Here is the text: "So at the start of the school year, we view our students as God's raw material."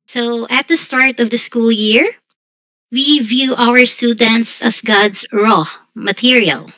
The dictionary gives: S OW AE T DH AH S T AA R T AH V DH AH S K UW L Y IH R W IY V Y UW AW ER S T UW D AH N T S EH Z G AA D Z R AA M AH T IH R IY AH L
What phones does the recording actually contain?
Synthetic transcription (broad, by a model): S OW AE T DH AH S T AA R T AH V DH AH S K UW L Y IH R W IY V Y UW AW ER S T UW D AH N T S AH S G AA D S R AA M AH T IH R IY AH L